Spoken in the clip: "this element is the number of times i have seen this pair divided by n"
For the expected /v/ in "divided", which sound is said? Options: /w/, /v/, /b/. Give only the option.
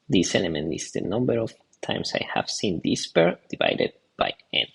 /v/